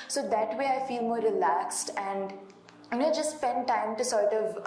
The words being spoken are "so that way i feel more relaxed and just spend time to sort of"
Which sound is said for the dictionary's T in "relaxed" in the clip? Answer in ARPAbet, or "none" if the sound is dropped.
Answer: T